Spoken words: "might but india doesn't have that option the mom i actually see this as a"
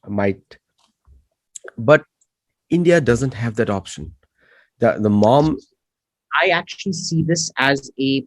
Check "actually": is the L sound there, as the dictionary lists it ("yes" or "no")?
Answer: yes